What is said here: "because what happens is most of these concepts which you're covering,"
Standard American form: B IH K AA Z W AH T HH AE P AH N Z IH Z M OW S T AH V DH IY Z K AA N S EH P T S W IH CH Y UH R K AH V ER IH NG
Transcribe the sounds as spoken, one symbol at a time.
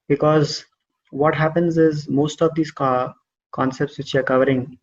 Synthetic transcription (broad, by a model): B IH K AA Z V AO T HH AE P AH N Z IH Z M OW S T AH V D IY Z K AA N S EH P T S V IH CH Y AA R K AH V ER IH NG